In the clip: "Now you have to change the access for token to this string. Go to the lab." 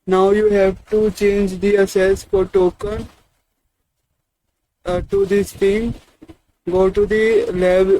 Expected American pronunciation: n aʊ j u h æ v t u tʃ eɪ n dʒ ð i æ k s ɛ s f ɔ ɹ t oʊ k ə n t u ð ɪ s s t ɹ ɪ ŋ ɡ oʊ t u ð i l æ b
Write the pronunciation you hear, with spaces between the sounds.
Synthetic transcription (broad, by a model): n aʊ j u h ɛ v t u tʃ eɪ n dʒ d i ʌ s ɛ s f ɔ ɹ t oʊ k ə n t u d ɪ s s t i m ɡ oʊ t u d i l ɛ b